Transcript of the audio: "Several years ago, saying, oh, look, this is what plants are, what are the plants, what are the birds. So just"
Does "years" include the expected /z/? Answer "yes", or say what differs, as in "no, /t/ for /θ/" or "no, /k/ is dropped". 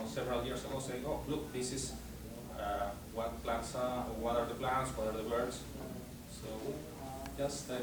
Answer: no, /s/ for /z/